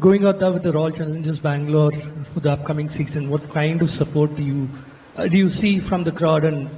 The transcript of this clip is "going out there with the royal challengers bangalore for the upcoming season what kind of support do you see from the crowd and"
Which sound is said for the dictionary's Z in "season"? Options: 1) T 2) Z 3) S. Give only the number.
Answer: 3